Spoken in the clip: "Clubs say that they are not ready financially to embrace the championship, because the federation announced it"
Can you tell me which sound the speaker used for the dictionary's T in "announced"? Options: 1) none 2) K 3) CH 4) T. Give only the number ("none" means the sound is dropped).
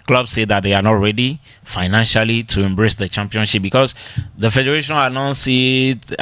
1